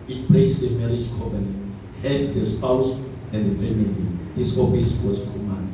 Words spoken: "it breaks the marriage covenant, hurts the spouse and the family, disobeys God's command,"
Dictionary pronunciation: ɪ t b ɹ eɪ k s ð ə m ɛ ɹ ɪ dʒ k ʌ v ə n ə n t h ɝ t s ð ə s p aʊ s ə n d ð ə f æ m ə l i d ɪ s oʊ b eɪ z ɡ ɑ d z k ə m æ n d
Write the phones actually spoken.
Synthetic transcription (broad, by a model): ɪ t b eɪ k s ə m ɛ ɹ ɪ dʒ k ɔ v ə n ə n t h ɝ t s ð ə s p aʊ s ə n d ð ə f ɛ m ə l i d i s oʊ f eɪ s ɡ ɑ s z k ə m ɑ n